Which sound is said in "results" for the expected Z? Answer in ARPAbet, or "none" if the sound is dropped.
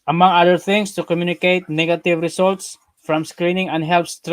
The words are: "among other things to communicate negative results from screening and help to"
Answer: S